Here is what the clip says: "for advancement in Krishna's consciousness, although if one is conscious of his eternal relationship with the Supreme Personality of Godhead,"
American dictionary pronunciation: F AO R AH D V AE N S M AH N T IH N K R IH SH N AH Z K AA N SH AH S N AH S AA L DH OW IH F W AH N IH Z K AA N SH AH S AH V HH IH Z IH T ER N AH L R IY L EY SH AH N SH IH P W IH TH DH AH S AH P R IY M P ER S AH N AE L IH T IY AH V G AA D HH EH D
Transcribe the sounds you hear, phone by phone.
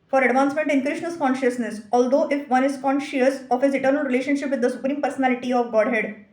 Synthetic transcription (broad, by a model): F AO R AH D V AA N S M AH N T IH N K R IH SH N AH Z K AA N SH AH S N AH S AA L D OW IH F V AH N IH Z K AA N SH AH S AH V HH IH Z IH T ER N AH L R IY L EY SH AH N SH IH P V IH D AH S AH P R IY M P ER S AH N AE L IH T IY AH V G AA D HH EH D